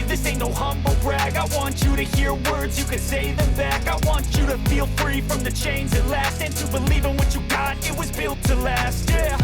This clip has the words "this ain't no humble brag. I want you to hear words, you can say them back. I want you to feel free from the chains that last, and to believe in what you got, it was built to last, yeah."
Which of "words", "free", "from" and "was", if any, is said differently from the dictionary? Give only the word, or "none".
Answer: none